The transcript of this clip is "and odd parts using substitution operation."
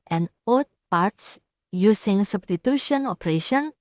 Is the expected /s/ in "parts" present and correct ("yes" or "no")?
yes